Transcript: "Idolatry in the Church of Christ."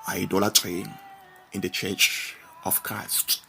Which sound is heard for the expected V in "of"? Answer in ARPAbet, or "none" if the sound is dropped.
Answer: F